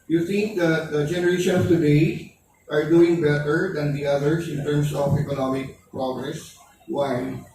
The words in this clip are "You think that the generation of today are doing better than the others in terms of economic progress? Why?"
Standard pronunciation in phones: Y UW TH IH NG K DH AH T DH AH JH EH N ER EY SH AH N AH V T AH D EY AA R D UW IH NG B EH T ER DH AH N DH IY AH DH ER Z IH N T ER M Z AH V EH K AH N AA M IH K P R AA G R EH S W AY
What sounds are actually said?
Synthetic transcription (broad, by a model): Y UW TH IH NG K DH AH T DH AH JH EH N ER EY SH AH N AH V T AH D EY AA R D UW IH NG B EH T ER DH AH N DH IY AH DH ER S IH N T ER M S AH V EH K AH N AA M IH K P R AA G R EH S W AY